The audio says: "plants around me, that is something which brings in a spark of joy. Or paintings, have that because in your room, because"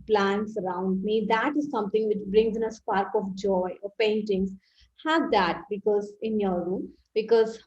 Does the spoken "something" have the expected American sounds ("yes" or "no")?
no